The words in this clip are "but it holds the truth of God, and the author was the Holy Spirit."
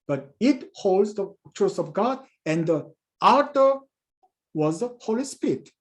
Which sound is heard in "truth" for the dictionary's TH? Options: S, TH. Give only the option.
S